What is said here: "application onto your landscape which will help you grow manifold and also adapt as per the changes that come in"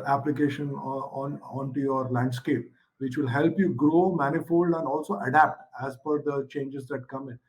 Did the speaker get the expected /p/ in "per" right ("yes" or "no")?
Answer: no